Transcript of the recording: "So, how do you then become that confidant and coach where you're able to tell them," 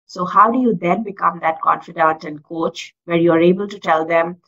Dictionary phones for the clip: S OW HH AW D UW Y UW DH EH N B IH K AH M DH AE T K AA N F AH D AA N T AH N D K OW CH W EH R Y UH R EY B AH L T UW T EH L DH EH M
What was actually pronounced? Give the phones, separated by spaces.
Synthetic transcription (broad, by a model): S OW HH AW D UW Y UW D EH N B IH K AH M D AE T K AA N F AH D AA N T AH N D K OW CH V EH R Y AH R EY B AH L T UW T EH L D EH M